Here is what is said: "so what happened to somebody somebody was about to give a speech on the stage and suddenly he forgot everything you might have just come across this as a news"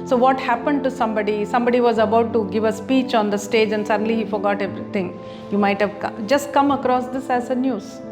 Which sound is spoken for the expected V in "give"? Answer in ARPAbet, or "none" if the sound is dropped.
V